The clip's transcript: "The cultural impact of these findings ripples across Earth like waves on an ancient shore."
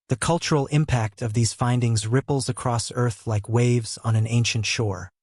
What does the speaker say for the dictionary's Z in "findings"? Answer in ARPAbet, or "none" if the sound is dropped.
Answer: Z